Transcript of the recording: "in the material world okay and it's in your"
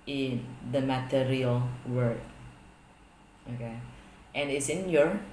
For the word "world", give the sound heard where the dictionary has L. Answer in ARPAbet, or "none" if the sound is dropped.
none